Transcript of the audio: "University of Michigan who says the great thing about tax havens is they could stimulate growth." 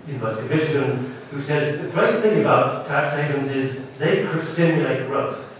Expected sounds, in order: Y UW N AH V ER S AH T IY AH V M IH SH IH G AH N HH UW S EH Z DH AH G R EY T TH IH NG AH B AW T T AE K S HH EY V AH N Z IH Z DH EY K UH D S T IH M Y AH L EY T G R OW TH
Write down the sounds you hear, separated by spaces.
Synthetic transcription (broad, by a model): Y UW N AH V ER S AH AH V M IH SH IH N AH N HH UW S EH Z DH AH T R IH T TH IH NG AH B AW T T AE K S HH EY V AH N Z IH Z DH EY K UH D S T IH M Y AH L EY T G R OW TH